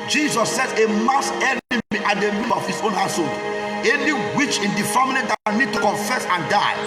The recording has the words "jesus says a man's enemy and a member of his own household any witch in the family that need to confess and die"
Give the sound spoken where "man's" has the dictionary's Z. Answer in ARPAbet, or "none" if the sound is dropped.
S